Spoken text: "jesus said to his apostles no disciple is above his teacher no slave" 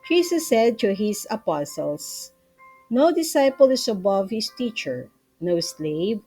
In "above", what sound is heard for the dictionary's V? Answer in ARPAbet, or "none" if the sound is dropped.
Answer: V